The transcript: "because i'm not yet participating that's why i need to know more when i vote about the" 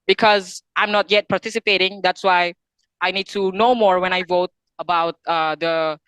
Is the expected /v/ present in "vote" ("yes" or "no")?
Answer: yes